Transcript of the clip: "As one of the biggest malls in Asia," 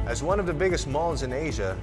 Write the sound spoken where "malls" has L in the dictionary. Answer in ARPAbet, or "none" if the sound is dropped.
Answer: N